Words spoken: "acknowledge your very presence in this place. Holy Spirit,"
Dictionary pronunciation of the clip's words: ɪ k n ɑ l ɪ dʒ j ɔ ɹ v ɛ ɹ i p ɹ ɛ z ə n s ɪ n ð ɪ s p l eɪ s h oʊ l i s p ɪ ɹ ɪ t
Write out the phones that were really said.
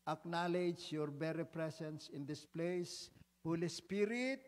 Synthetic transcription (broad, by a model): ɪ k n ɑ l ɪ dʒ j ɔ ɹ b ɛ ɹ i p ɹ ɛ s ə n s ɪ n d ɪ s p l eɪ s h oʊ l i s p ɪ ɹ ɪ t